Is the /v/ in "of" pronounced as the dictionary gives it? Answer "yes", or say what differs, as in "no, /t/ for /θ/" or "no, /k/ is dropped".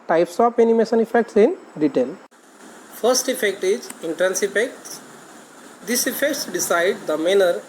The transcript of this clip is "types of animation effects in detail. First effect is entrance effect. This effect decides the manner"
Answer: no, /p/ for /v/